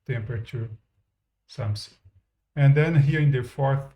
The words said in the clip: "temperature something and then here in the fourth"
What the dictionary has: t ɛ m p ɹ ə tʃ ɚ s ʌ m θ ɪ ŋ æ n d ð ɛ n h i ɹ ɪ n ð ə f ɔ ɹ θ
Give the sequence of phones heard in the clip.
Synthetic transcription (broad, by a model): t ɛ m p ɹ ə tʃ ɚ s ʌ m s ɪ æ n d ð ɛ n h i ɹ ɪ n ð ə f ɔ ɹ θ